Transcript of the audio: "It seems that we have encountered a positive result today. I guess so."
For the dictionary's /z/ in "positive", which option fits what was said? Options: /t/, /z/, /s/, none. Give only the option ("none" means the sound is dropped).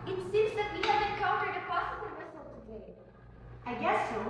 /s/